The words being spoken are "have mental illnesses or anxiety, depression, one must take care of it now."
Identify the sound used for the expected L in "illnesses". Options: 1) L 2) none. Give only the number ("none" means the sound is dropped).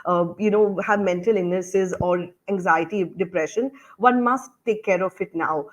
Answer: 2